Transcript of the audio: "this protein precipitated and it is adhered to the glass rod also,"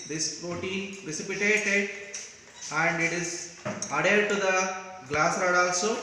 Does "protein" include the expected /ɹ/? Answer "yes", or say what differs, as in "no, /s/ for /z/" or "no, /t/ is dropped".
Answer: yes